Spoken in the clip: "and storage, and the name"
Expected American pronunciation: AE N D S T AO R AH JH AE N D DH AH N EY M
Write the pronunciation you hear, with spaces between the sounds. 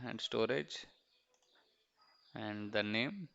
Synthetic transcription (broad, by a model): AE N D S T AO R AH JH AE N D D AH N EY M